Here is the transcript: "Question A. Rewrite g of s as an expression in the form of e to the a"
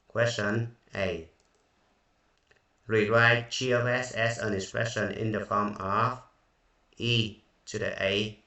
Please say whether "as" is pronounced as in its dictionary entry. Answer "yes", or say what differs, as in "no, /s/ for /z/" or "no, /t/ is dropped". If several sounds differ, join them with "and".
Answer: no, /s/ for /z/